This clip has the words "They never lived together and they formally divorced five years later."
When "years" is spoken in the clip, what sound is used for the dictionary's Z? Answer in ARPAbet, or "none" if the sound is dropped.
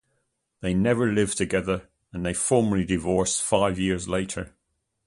Z